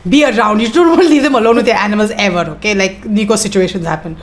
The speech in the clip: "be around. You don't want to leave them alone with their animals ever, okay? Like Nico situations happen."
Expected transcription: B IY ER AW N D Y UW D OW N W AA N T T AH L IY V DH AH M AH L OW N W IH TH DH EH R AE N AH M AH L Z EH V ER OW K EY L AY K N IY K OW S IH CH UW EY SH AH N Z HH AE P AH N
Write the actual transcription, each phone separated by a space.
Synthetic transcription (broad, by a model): B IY ER AW N D Y UW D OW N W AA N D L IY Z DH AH M AH L OW N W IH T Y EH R AE N AH M AH L Z EH V ER OW K EY L AY K N IY K OW S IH CH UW EY SH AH N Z HH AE P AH N